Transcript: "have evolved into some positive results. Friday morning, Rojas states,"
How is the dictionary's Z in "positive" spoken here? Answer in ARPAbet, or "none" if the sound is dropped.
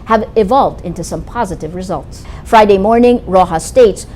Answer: Z